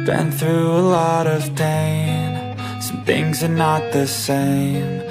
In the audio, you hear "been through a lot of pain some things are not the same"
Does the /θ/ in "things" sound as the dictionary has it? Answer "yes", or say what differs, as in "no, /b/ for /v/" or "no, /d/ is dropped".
yes